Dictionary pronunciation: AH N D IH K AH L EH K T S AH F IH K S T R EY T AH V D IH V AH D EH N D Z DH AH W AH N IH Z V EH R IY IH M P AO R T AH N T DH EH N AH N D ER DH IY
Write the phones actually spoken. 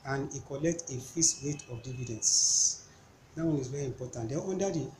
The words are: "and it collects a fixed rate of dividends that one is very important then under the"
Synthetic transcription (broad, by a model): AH N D IH K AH L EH K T AH F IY S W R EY T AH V D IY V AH D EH N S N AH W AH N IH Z V EH R IY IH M P AO T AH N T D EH AO N D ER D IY